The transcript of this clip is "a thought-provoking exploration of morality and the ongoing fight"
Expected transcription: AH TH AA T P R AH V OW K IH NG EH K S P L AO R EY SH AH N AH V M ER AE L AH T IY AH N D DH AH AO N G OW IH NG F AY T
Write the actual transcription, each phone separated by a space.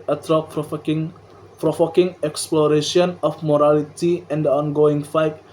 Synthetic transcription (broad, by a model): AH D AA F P R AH F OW K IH NG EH K S P L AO R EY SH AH N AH F M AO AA L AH T IY AH N D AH AO N G OW IH NG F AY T